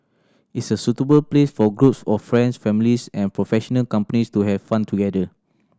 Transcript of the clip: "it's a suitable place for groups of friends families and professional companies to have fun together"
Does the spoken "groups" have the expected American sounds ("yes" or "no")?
yes